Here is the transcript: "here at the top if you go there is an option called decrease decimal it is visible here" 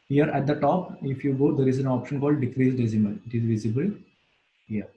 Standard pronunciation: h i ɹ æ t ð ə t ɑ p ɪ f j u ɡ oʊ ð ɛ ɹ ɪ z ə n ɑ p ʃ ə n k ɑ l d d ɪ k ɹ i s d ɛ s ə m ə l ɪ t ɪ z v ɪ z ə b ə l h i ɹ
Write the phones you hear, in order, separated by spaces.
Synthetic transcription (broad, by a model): h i ɹ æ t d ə t ɑ p ɪ f j u ɡ oʊ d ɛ ɹ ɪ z ə n ɑ p ʃ ə n k ɑ l d d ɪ k ɹ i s d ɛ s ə m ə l ɪ t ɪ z v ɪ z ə b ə l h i ɹ